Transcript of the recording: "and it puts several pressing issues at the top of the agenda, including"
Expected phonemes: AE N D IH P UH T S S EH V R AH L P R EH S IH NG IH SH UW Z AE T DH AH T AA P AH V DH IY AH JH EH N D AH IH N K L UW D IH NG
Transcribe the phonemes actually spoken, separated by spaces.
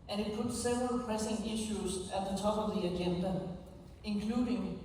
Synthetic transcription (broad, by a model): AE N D IH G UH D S S EH V R AH L P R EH S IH NG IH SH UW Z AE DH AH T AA B AH V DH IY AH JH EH N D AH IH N K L UW D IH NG